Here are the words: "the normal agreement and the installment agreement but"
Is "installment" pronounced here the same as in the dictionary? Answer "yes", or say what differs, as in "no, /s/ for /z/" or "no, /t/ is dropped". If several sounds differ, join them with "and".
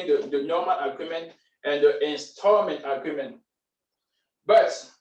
no, /l/ is dropped